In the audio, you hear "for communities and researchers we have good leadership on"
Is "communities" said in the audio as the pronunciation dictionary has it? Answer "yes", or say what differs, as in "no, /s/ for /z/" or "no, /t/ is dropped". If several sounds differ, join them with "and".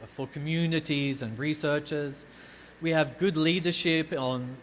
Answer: yes